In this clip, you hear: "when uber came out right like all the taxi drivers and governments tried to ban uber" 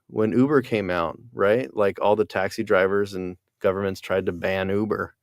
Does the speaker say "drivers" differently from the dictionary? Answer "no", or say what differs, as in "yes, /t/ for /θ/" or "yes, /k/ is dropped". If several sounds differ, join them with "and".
no